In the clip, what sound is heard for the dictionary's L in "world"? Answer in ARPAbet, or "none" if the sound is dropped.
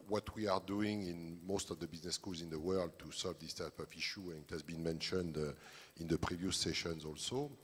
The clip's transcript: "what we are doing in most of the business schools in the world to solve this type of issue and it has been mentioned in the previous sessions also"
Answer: L